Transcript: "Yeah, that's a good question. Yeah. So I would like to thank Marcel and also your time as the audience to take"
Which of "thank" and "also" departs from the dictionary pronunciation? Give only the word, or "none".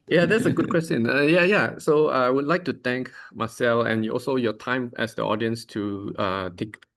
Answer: thank